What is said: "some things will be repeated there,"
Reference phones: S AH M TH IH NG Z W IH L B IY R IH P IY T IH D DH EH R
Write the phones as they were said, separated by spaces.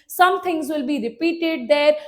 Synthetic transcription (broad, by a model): S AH M T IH NG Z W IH L B IY R IH P IY T IH D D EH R